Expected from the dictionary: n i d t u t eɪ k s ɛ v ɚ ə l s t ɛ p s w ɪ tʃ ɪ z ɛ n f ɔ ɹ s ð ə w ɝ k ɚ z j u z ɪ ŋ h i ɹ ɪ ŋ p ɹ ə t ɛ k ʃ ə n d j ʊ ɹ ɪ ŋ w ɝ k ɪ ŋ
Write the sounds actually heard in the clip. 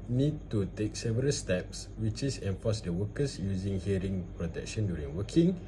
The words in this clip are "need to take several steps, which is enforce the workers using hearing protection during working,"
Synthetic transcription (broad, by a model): n i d t u t eɪ k s ɛ v ɚ ə l s t ɛ p s w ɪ tʃ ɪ s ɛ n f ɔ s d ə w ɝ k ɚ s j u z ɪ ŋ h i ɹ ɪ ŋ p ɹ ə t ɛ k ʃ ə n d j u ɹ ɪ ŋ w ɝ k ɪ ŋ